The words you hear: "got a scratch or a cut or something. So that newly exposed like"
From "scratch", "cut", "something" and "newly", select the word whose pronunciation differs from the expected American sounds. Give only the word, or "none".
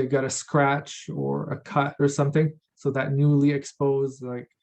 none